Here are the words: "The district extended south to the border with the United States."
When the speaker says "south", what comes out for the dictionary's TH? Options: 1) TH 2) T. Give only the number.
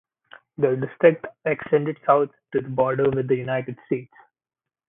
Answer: 2